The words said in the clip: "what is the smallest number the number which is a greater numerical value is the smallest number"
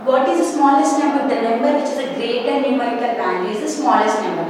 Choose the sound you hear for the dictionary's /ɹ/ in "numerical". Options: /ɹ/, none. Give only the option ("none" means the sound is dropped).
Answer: none